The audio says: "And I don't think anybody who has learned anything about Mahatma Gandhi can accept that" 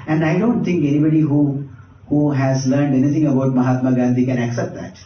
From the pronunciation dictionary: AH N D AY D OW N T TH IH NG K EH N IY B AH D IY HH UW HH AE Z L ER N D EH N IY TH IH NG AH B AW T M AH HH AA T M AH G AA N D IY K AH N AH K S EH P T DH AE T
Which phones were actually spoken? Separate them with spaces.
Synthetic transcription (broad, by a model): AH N D AY D OW N T T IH NG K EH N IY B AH D IY HH UW HH AE Z L ER N D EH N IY T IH NG AH B AW T M AH HH AA T M AH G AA N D IY K AH N AH K S EH P T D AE T